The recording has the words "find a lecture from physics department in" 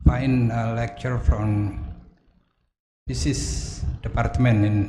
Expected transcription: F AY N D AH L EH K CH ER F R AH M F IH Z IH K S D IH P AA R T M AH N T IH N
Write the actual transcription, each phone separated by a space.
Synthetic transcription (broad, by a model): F AY N AH L EH K CH ER F R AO M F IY S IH S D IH P AA R T M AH N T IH N